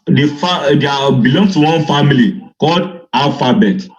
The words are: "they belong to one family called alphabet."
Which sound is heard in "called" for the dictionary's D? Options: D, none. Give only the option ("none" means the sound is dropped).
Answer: D